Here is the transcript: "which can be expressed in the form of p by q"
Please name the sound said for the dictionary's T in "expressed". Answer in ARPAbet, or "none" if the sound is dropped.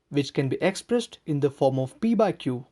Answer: T